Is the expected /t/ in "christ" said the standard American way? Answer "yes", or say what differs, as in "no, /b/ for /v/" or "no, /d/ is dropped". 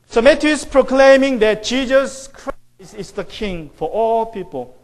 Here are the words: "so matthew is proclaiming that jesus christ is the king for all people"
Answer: no, /t/ is dropped